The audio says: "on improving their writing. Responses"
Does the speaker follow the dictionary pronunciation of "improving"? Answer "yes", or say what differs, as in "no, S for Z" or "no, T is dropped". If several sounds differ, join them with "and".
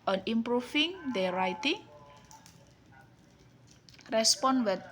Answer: no, F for V